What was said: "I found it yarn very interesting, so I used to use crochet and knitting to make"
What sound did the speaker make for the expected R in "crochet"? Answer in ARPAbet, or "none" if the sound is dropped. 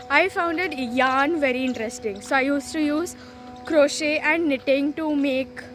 R